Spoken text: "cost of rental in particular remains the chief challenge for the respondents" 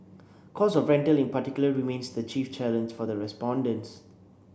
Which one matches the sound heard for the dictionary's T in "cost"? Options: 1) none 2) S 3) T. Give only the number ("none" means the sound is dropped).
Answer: 1